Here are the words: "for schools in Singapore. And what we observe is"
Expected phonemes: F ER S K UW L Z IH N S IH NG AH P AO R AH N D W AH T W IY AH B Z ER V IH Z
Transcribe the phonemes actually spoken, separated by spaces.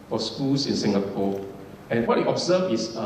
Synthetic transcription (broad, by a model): F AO S K UW L S IH N S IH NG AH P AO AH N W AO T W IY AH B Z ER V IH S